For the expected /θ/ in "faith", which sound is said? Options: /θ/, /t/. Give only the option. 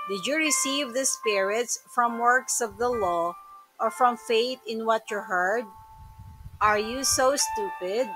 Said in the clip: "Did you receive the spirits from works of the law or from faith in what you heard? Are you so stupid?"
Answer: /t/